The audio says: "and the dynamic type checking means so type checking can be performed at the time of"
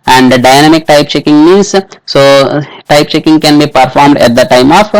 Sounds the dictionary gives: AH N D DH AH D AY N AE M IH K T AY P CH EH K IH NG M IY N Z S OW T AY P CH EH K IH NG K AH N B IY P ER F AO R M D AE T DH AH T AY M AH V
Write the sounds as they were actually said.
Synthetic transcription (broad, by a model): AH N D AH D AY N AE M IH K T AY P CH EH K IH NG M IY N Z S OW T AY P CH EH K IH NG K AH N B IY P ER F AO R M D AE T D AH T AY M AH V